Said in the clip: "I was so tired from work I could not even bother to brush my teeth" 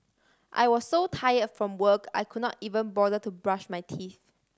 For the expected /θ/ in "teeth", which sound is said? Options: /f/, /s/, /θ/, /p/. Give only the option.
/θ/